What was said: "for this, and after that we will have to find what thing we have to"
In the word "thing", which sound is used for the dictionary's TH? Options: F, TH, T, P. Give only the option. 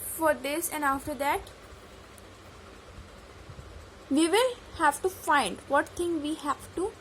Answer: T